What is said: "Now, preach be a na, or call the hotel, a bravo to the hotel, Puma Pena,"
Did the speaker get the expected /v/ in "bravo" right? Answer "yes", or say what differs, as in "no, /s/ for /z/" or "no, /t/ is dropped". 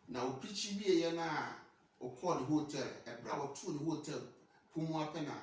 no, /w/ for /v/